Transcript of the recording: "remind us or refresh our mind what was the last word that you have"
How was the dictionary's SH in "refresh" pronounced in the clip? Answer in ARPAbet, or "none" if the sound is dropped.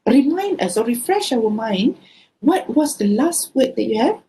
SH